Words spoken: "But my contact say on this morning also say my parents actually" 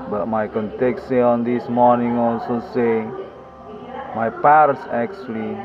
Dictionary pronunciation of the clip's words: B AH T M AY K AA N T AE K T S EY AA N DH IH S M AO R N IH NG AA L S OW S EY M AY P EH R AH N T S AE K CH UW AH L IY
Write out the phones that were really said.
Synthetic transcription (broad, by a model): B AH T M AY K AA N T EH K S EY AA N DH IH S M AO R N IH NG AA L S OW S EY M AY P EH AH T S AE K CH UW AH L IY